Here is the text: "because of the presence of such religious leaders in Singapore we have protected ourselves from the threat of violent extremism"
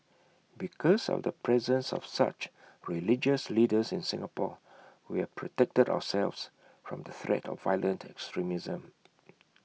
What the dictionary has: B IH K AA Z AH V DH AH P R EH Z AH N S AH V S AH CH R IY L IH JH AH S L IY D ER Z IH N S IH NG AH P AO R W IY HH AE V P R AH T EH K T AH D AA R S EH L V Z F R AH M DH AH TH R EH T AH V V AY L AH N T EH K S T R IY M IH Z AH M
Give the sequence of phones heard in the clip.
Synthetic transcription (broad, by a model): B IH K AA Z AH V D AH P R EH Z AH N S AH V S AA CH R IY L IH JH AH S L IY D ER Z IH N S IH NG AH P AO W IY HH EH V P R AH T EH K T AH D AA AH S EH L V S F R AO M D AH TH R EH T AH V V AY L AH N T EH K S T R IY M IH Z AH M